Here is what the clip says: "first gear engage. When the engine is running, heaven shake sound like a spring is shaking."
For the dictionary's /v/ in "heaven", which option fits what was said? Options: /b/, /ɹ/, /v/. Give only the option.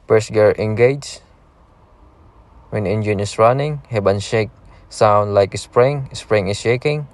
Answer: /b/